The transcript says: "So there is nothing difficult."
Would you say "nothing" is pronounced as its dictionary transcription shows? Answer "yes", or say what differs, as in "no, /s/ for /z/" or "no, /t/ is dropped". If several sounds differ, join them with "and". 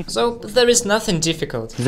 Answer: yes